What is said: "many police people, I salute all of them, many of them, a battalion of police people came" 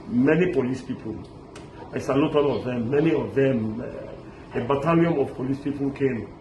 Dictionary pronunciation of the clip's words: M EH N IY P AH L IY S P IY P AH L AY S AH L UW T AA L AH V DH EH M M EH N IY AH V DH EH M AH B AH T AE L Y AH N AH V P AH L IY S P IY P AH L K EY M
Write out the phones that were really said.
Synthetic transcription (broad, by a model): M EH N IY P AH L IY S P IY P AH L AY S AH L UW T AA N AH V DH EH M M EH N IY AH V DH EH M AH B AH T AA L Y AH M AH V P AH L IY S P IY P AH L K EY M